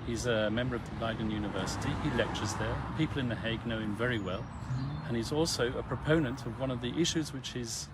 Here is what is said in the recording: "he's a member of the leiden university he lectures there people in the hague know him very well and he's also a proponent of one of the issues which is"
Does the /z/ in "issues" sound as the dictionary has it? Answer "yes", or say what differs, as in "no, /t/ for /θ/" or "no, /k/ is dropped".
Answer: yes